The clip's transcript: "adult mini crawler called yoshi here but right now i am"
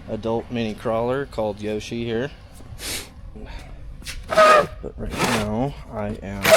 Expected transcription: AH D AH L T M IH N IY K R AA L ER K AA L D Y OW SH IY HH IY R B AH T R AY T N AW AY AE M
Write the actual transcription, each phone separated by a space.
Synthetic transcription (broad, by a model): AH D AH L T M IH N IY K R AA L ER K AA L D Y OW SH IY HH IY R B AH T R AY T N AW AY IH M